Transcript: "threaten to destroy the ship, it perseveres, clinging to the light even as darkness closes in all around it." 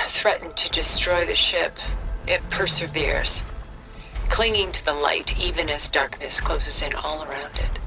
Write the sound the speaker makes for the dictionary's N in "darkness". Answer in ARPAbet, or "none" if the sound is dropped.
N